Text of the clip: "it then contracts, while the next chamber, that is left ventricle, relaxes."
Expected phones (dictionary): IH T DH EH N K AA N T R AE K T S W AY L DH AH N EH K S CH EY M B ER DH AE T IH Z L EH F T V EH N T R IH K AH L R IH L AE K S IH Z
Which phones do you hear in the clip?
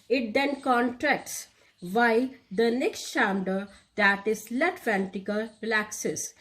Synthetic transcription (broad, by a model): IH T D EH N K AA N T R AE K T S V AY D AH N EH K S CH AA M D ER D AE T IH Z L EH T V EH N T IH K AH L R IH L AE K S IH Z